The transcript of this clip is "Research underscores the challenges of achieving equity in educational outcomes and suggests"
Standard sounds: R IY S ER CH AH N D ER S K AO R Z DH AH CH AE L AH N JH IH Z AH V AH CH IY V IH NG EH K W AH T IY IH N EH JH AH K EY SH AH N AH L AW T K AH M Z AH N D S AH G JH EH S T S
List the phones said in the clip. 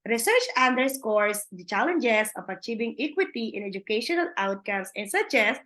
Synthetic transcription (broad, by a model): R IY S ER CH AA N D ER S K AO R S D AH CH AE L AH N JH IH S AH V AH CH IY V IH NG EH K W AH T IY IH N EH JH AH K EY SH AH N AH L AW T K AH M S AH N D S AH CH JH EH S S